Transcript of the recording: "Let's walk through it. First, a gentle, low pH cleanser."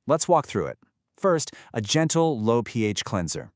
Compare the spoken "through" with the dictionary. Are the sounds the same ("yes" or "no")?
yes